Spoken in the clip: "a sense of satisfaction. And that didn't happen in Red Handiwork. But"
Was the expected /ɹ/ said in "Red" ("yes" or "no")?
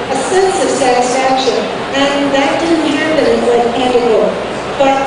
no